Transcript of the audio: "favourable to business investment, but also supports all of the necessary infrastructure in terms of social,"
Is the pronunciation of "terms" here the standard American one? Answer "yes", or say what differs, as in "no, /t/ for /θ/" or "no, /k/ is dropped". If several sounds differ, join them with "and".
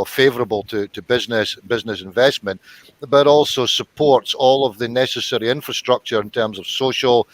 yes